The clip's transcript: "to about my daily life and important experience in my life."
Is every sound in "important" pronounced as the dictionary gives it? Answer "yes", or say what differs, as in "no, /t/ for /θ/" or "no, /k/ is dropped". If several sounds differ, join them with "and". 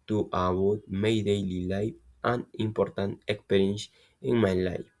yes